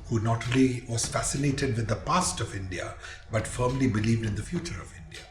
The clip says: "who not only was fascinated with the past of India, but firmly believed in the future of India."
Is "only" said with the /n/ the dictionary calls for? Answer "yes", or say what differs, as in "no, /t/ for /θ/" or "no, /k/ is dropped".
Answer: no, /n/ is dropped